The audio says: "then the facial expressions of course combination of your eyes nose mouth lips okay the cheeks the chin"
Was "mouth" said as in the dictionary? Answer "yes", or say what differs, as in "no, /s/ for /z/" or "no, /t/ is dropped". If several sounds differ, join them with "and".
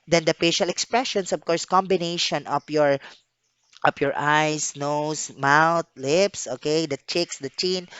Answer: no, /t/ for /θ/